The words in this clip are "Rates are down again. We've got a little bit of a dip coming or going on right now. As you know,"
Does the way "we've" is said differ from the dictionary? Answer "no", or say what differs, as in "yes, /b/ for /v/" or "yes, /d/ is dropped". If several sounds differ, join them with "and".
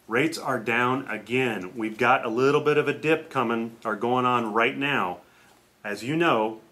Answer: no